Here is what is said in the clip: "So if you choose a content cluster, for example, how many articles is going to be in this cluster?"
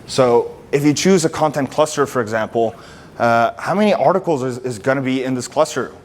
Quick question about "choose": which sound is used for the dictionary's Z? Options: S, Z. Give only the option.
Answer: Z